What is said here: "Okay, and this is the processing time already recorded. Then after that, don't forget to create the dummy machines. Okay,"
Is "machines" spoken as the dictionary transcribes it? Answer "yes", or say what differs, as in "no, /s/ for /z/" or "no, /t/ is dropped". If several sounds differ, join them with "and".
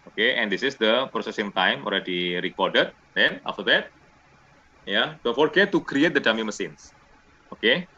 no, /s/ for /ʃ/ and /s/ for /z/